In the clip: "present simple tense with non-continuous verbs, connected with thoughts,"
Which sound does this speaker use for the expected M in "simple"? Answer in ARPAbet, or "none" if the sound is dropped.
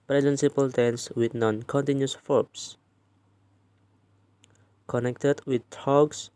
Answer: none